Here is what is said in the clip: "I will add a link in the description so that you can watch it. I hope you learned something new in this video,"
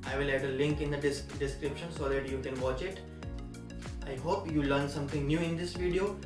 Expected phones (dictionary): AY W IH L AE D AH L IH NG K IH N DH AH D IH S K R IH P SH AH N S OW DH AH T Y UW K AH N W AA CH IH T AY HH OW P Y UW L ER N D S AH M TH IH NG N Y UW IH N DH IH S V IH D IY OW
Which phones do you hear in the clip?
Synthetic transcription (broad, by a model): AY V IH L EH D AH L IH NG K IH N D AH D IH S K R IH P SH AH N S OW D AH T Y UW K AH N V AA CH IH T AY HH OW P Y UW L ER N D S AH M T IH NG N Y UW IH N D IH S V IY D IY OW